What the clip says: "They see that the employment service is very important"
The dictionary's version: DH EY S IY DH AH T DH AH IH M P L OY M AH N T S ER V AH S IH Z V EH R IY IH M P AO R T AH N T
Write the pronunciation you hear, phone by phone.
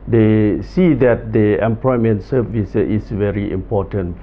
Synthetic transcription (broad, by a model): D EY S IY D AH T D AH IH M P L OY M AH N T S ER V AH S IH S V EH R IY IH M P AO T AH N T